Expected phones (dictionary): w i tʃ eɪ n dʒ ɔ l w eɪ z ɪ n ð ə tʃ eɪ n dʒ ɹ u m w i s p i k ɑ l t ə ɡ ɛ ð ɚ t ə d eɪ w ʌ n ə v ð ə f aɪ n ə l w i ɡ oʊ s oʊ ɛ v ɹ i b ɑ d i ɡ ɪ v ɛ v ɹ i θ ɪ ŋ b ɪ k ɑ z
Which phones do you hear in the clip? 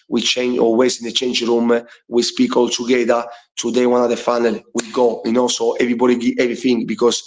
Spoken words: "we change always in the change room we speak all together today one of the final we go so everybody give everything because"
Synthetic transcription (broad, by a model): w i tʃ eɪ n dʒ ɔ l w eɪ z ɪ n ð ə tʃ eɪ n dʒ ɹ u m w i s p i k ɑ l t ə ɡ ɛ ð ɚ t ə d eɪ w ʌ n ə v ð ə f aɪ n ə l w i ɡ oʊ s oʊ ɛ v ɹ i b ɑ d i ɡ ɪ ɛ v ɹ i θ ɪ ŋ b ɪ k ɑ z